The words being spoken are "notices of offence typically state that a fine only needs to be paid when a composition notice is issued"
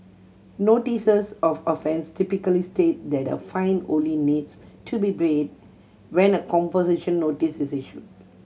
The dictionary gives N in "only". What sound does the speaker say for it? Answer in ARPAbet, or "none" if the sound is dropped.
none